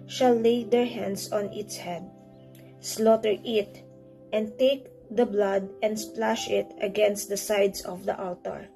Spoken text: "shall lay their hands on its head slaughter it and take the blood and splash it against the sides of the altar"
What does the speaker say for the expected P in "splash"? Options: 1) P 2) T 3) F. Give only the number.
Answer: 1